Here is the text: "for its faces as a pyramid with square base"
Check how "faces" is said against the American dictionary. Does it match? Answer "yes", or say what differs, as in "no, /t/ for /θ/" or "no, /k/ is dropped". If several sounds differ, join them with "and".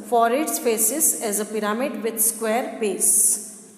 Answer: no, /p/ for /f/